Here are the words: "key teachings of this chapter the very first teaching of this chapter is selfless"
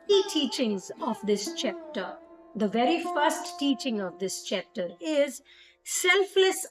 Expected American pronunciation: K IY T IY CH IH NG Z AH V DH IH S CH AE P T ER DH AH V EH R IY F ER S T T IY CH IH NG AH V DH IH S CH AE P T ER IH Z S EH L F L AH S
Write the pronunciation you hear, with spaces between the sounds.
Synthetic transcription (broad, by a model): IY T IY CH IH NG Z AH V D IH S CH AE P T ER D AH V EH R IY F ER S T T IY CH IH NG AH V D IH S CH AE P T ER IH Z S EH L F L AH S